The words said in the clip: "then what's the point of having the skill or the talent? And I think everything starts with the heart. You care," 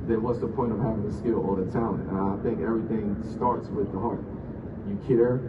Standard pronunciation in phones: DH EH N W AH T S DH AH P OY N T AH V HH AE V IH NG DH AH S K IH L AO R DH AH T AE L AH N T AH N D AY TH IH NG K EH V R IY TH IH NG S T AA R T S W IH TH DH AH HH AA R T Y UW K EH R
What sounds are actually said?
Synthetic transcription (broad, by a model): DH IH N W AH T S DH AH P OY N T AH V HH AE V IH NG DH AH S K IH L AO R DH AH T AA AH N AH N AY TH IH NG K EH V R IY TH IH NG S T AA R T S W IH DH AH HH AA R T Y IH K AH R